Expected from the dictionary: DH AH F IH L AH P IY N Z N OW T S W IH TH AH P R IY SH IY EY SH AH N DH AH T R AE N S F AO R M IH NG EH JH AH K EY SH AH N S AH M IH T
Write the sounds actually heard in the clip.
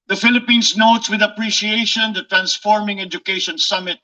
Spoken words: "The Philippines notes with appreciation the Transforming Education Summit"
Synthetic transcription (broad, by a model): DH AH F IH L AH P IY N S N OW T S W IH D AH P R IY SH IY EY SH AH N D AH T R AE N S F AO R M IH NG EH JH AH K EY SH AH N S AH M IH T